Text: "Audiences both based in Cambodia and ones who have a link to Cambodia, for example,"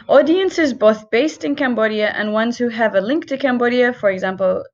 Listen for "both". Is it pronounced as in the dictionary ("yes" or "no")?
yes